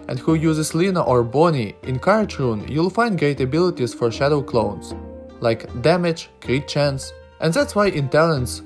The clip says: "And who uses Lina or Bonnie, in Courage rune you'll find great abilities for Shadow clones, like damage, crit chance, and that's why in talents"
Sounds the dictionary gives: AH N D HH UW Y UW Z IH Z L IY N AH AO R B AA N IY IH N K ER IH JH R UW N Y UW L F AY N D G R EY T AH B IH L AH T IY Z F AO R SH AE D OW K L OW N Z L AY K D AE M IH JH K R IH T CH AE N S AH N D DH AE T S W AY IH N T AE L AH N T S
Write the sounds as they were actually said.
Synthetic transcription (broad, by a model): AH N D HH UW Y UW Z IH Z L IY N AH AO R B AA N IY IH N K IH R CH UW N Y UW L F AY N D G EY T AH B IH L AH T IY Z F AO R SH AE D OW K L OW N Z L AY K D AE M IH JH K R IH CH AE N S AH N D DH AE T S W AY IH N T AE L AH N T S